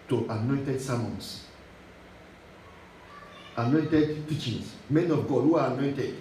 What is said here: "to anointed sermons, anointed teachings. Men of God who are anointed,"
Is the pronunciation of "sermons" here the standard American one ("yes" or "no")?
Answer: no